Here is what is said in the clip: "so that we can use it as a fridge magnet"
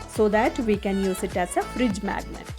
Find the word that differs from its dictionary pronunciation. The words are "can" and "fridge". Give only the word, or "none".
none